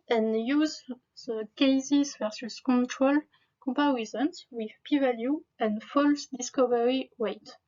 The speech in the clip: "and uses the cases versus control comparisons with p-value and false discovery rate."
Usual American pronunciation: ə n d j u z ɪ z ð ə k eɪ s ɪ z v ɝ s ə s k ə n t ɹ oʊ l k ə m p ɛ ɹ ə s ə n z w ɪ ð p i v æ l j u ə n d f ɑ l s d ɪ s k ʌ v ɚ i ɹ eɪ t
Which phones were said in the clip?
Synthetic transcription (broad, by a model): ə n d j u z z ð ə k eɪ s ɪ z v ɝ s ə s k ə n t ɹ oʊ l k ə m p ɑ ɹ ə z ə n s w ɪ ð p i v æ l j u ə n d f ɑ l s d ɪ s k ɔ v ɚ i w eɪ t